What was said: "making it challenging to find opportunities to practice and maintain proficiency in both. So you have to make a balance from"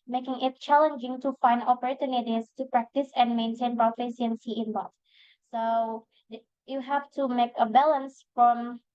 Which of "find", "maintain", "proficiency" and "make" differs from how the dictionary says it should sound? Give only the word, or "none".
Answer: proficiency